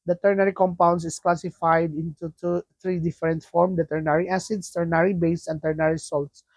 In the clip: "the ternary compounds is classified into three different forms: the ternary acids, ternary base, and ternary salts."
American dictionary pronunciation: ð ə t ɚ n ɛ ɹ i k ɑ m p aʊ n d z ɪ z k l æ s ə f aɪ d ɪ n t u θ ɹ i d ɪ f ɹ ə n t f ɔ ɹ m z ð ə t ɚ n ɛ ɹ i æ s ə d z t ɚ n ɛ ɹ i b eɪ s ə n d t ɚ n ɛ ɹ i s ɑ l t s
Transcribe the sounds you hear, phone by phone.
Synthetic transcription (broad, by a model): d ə t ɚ n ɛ ɹ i k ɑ m p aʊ n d s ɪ s k l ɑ s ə f aɪ d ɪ n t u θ ɹ i d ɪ f ɹ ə n t f ɔ ɹ m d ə t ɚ n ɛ ɹ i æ s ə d s t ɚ n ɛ ɹ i b eɪ s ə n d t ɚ n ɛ ɹ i s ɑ l t s